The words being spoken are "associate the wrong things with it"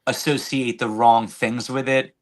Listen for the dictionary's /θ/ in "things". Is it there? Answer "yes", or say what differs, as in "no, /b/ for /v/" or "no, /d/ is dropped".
yes